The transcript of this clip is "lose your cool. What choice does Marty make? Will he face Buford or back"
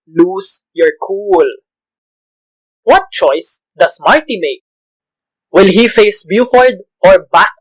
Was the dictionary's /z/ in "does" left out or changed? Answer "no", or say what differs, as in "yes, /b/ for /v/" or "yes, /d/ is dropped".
yes, /s/ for /z/